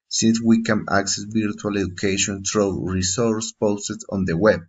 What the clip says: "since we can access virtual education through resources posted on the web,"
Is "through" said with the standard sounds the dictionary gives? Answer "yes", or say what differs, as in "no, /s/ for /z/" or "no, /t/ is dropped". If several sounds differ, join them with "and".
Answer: no, /t/ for /θ/